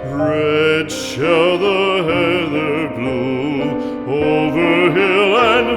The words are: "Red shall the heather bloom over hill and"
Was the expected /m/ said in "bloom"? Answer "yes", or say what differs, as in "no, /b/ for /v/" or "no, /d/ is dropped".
no, /m/ is dropped